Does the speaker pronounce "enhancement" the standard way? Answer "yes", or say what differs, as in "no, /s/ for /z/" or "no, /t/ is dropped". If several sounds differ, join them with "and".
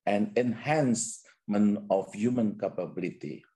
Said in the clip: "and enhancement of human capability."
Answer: no, /t/ is dropped